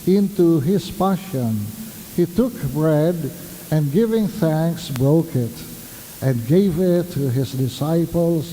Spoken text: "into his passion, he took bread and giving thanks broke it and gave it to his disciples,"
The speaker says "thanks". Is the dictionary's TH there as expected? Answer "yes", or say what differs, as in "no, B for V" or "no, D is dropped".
yes